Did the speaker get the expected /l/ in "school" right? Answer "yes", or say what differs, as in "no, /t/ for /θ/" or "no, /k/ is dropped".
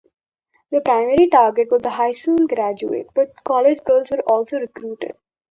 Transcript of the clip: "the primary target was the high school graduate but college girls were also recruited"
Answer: no, /n/ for /l/